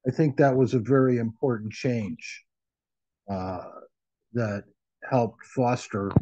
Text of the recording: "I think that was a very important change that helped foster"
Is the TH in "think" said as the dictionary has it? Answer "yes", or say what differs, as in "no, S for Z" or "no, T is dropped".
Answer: yes